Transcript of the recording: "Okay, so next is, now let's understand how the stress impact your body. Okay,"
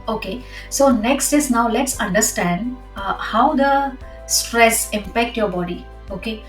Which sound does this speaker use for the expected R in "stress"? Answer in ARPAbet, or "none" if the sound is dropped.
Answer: R